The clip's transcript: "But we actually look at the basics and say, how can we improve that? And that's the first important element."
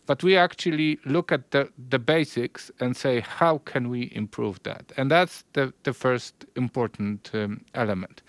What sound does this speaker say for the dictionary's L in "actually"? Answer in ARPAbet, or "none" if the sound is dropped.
L